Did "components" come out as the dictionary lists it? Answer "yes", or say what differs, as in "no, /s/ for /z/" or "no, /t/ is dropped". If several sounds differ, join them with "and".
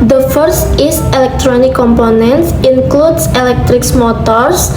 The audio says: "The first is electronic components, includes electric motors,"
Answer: yes